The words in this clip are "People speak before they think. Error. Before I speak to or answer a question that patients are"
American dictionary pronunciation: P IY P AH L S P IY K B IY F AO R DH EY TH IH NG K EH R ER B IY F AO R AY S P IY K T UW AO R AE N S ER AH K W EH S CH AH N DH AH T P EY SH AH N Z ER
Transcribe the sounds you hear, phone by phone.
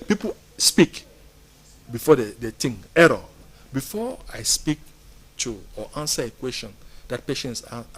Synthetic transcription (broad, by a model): P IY P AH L S P IY K B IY F AO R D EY T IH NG EH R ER B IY F AO AY S P IY K T UW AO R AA N S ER AH K W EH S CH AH N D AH T P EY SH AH N S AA